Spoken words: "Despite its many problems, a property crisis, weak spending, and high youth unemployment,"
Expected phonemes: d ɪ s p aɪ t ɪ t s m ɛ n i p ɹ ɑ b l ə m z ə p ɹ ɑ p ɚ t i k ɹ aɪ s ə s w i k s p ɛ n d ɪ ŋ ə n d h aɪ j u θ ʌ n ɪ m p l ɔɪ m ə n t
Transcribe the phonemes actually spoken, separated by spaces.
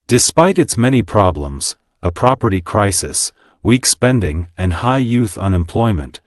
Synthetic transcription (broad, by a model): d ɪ s p aɪ t ɪ t s m ɛ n i p ɹ ɑ b l ə m z ə p ɹ ɑ p ɚ t i k ɹ aɪ s ə s w i k s p ɛ n d ɪ ŋ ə n h aɪ j u θ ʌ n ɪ m p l ɔɪ m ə n t